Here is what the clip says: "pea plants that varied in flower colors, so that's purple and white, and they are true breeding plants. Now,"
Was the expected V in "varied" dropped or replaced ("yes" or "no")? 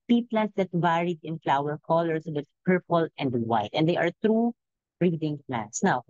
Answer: yes